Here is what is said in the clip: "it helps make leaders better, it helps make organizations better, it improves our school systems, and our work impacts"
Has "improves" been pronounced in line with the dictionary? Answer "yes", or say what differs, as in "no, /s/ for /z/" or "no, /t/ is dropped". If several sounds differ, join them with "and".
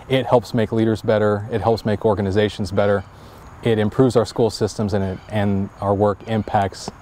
yes